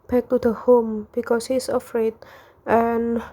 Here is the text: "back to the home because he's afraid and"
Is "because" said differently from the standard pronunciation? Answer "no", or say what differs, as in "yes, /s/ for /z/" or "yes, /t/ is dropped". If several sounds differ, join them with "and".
yes, /s/ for /z/